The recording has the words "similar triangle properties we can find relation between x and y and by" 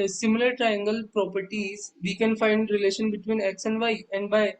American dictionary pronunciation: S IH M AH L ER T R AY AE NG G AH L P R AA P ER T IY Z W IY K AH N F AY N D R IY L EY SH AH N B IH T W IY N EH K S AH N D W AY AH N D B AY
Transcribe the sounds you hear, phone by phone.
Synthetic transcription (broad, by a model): S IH M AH L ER T R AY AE NG G AH L P R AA P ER T IY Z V IY K AH N F AY N D R IY L EY SH AH N B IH T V IY N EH K S AH N D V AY AH N D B AY